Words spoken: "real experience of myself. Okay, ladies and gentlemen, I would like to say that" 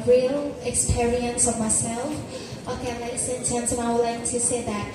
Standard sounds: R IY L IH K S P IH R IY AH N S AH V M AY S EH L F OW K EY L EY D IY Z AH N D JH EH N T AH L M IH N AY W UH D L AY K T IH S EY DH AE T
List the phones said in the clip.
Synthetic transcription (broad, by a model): R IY L IH K S P IH R IY AH N S AH V M AY S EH L F OW K EY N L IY S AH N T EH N S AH M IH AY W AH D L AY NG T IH S EY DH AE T